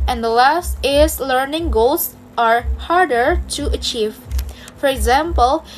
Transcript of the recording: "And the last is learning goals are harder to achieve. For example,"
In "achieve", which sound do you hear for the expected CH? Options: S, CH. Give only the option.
CH